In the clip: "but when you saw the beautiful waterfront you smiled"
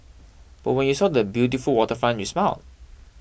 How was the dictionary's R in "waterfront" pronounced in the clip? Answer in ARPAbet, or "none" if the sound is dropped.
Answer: none